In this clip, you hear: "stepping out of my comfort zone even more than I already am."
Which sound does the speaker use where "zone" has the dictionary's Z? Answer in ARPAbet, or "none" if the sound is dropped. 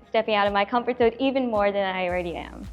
S